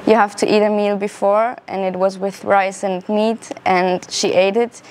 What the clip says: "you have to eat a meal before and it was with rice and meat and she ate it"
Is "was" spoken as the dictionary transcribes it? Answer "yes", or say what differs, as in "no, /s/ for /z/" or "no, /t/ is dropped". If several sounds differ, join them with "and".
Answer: yes